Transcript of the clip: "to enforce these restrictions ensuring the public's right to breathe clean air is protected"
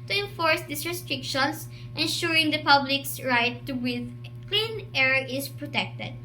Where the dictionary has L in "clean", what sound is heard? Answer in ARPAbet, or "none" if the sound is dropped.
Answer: L